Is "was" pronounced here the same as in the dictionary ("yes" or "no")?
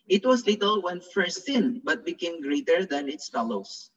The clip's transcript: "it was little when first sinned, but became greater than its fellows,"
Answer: no